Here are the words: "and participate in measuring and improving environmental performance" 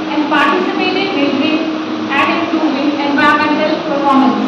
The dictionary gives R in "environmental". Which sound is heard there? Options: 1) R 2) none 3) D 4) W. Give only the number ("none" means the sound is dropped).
2